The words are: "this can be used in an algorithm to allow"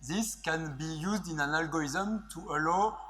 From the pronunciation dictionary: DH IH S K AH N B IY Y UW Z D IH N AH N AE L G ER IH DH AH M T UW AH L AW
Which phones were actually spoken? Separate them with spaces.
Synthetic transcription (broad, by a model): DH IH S K AH N B IY Y UW Z D IH N AH N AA L G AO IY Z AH M T UW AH L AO